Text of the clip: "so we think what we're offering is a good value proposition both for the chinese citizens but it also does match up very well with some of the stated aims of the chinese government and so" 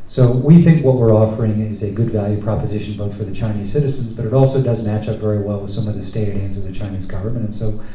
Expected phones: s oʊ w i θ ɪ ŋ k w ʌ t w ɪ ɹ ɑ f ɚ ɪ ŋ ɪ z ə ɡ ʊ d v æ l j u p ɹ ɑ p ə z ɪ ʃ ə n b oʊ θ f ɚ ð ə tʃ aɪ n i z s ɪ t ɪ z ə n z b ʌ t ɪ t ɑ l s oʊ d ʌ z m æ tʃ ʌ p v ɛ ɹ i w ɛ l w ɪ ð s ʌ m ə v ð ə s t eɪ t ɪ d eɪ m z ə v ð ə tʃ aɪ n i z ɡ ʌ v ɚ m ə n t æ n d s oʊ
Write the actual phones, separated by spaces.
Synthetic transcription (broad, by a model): s oʊ w i θ ɪ ŋ k w ʌ t w ɪ ɹ ɑ f ɚ ɪ ŋ ɪ z ə ɡ ʊ d v æ l j u p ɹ ɑ p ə z ɪ ʃ n b oʊ θ f ɚ ð ə tʃ aɪ n i z s ɪ t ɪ z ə n z b ʌ t ɪ t ɑ l s oʊ d ʌ z m æ tʃ ʌ p v ɛ ɹ i w ɛ l w ɪ ð s ʌ m ə v ð ə s t eɪ t ɪ d eɪ m z ə v ð ə tʃ aɪ n i z ɡ ʌ v ɚ m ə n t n s oʊ